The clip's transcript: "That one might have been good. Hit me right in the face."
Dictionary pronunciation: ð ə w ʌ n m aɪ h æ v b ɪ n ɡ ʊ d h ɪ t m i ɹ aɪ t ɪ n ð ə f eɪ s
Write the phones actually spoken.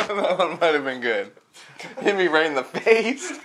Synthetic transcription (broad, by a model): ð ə w ʌ n m aɪ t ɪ v b ɪ n ɡ ʊ d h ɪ m i ɹ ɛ ɪ n ð ə f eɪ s